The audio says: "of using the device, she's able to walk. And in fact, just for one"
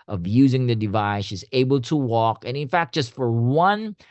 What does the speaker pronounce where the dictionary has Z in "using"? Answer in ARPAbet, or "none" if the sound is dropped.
Z